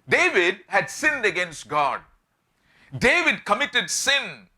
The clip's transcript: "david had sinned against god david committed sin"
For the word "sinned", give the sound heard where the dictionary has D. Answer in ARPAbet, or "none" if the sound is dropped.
D